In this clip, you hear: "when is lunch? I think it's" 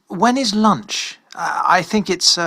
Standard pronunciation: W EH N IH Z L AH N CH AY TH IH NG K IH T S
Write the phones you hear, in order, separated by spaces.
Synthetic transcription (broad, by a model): W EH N IH Z L AH N CH AY TH IH NG K IH T S